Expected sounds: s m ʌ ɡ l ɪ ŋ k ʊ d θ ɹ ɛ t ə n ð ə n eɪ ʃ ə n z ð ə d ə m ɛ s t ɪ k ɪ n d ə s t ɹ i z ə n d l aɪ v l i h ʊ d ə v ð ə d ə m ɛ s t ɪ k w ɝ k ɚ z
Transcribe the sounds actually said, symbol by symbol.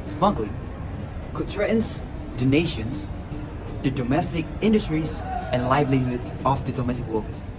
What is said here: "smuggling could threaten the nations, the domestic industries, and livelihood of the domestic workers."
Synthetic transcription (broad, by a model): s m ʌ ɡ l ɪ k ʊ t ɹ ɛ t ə n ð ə n eɪ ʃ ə n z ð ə d ə m ɛ s t ɪ k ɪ n d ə s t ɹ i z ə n l aɪ v l i h ʊ d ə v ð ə d ə m ɛ s t ɪ k w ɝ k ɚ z